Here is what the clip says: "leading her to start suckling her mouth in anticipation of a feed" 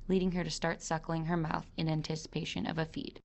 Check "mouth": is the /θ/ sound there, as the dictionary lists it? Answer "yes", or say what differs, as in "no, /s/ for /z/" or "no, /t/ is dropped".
yes